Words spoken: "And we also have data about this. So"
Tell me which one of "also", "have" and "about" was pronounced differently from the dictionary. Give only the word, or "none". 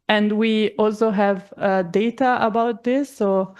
none